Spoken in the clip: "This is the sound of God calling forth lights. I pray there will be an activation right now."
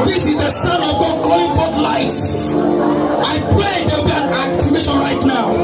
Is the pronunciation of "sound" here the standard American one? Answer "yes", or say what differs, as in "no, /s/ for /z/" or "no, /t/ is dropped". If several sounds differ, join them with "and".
no, /d/ is dropped